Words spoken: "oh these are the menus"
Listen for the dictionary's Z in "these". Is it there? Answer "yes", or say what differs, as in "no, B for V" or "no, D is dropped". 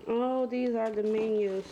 yes